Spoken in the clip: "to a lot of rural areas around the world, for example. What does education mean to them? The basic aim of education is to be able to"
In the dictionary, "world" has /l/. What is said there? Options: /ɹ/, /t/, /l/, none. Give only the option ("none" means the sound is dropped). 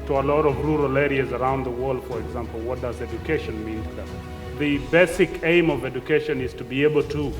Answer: /l/